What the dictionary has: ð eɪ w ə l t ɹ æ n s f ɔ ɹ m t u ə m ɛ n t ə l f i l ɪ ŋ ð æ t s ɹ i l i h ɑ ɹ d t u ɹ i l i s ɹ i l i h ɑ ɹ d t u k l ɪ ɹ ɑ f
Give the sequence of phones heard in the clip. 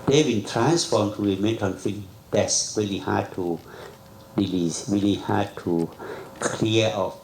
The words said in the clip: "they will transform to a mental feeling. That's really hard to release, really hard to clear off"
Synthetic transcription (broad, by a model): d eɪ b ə n t ɹ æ n s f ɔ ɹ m t u ə m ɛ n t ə n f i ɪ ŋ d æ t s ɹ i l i h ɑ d t u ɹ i l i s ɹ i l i h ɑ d t u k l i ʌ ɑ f